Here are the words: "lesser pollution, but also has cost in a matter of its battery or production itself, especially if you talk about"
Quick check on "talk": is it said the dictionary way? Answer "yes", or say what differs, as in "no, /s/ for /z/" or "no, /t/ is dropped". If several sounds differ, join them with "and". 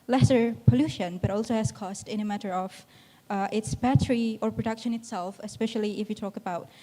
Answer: yes